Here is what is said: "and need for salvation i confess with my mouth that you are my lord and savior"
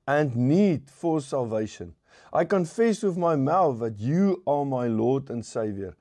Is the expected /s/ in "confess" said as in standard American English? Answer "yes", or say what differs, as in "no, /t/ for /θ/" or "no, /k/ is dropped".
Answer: yes